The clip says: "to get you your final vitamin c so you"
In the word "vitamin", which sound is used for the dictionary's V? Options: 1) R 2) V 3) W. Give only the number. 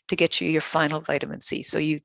2